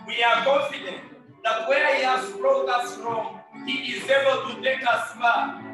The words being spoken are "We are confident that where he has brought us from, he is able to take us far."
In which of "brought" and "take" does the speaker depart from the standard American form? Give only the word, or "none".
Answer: brought